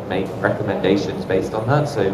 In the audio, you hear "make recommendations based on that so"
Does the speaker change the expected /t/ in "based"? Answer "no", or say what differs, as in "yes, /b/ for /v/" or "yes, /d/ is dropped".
no